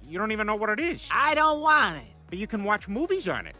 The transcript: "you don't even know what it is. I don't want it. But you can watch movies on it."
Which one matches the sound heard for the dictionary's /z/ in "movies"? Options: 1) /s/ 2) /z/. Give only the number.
2